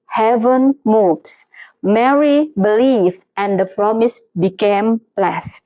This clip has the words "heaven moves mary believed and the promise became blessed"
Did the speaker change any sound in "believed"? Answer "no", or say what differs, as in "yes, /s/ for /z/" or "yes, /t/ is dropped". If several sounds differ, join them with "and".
yes, /d/ is dropped